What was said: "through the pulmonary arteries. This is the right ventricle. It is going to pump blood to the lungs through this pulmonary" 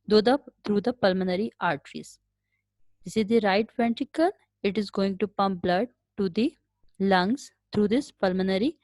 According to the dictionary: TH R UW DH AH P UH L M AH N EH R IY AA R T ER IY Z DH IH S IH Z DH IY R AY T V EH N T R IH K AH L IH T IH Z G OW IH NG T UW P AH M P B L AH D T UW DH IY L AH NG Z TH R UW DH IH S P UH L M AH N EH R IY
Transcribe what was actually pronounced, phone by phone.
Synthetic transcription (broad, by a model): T R UW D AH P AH L M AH N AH R IY AA R T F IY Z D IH S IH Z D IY R AY T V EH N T IH K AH L IH T IH Z G OW IH NG T UW P AH M P B L AH D T UW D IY L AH NG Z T R UW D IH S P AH L M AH N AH R IY